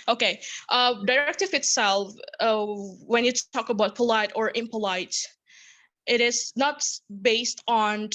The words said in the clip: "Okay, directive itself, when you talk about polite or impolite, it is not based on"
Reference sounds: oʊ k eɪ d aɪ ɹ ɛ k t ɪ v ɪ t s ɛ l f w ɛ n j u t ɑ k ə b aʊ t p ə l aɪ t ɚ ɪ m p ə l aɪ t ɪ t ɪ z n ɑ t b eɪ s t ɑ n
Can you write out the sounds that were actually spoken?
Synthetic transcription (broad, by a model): oʊ k eɪ d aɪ ɹ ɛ k t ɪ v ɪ t s ɛ l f w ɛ n j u t ɑ k ə b aʊ t p ə l aɪ t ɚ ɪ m p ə l aɪ t ɪ t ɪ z n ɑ t b eɪ s t n